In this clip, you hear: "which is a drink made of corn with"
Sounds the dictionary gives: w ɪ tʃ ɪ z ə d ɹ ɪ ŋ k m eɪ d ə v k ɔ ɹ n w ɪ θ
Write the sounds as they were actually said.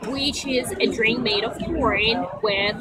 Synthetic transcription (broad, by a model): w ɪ tʃ ɪ z ə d ɹ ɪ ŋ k m eɪ d ə v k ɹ ɹ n w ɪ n